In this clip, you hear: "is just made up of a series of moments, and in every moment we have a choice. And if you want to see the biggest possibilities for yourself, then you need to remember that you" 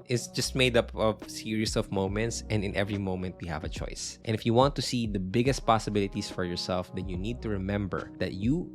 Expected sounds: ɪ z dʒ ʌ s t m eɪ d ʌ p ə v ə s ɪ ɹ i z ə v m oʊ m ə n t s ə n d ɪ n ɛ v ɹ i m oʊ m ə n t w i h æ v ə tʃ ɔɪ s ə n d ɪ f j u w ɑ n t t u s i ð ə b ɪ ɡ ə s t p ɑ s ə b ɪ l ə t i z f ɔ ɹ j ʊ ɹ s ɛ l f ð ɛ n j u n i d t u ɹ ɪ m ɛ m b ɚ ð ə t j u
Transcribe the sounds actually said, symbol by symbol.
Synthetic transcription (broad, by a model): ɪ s dʒ ʌ s t m eɪ d ʌ p ə v s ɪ ɹ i s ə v m oʊ m ə n t s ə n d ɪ n ɛ v ɹ i m oʊ m ə n t w i h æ v ə tʃ ɔɪ s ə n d ɪ f j u w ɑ n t t u s i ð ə b ɪ ɡ ə s t p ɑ s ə b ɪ l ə t i s f ɔ ɹ j ʊ ɹ s ɛ l f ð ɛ n j u n i d t u ɹ ɪ m ɛ m b ɚ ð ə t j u